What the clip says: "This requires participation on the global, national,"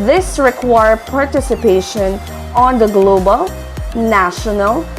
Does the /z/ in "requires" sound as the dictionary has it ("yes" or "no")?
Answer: no